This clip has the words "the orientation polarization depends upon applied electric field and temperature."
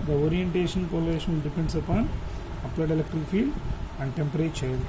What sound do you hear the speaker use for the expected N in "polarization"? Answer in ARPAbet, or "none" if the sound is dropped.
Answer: L